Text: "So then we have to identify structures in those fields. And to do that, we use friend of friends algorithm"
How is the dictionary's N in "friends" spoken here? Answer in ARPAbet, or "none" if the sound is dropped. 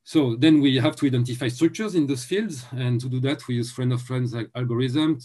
N